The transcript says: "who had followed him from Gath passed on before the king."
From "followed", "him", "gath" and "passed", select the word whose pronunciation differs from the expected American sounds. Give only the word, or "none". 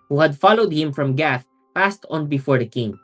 none